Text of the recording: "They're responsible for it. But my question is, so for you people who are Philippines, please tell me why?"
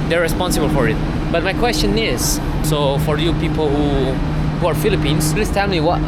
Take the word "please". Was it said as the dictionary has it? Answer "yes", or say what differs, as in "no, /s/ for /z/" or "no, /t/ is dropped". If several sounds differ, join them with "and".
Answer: no, /s/ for /z/